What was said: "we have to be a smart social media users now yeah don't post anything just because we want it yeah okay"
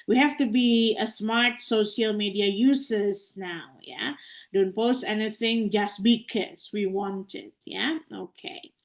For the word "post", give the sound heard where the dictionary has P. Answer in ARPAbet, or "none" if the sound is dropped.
P